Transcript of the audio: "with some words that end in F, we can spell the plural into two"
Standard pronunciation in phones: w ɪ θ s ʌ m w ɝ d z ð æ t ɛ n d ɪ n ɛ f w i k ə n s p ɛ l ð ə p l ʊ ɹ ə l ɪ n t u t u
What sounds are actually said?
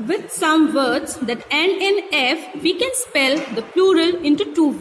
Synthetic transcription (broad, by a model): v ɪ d s ʌ m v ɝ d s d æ t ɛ n ɪ n ɛ f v i k ə n s p ɛ l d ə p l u ɹ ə l ɪ n t u t u